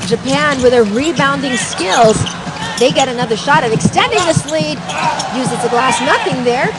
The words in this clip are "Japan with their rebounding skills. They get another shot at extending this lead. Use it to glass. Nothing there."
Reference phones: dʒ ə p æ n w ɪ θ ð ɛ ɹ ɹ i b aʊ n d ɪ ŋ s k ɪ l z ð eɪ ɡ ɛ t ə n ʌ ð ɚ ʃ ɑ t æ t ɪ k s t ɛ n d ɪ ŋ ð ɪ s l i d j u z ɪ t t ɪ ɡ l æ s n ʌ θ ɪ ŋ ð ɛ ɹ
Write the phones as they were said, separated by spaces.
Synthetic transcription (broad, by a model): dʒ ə p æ n w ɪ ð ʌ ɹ ɹ i b aʊ n d ɪ ŋ s k ɪ l z ð eɪ ɡ ɛ t ə n ʌ ð ɚ ʃ ɑ t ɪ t ɪ k s t ɛ n d ɪ ŋ ð ɪ s l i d j u z ɪ t s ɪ ɡ l æ s n ʌ θ ɪ ŋ ð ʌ ɹ